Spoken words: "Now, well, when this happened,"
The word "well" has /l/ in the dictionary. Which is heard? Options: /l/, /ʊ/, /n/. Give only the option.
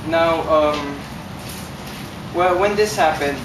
/l/